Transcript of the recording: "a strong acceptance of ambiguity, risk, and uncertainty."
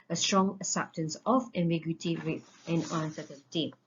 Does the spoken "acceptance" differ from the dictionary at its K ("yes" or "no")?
yes